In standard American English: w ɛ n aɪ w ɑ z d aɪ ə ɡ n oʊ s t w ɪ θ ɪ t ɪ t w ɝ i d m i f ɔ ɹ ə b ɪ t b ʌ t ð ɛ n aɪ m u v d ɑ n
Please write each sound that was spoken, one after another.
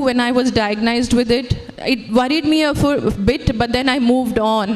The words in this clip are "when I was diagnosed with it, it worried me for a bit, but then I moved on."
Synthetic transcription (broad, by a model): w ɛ n aɪ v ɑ z d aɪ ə ɡ n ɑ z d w ɪ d ɪ t ɪ t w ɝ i d m i f ɔ ɹ b ɪ t b ʌ t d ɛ n aɪ m u v d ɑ n